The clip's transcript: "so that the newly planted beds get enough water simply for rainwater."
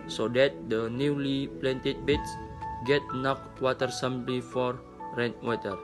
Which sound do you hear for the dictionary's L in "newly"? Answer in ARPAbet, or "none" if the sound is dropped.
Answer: L